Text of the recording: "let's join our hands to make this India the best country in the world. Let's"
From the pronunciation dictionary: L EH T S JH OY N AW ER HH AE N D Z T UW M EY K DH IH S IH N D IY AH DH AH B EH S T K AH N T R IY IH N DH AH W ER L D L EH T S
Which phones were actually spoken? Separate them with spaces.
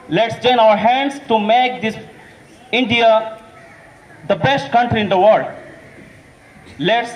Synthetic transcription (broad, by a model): L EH T S JH OY N AW ER HH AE N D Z T UW M EY K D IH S IH N D IY AH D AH B EH S T K AH N T R IY IH N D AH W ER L D L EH T S